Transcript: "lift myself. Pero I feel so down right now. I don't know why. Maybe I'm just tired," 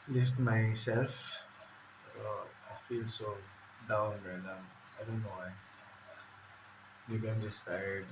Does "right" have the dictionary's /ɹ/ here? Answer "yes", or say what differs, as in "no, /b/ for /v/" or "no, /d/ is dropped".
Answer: no, /l/ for /ɹ/